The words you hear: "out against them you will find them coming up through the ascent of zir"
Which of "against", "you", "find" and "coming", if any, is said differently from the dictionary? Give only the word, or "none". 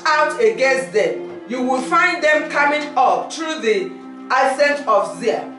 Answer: against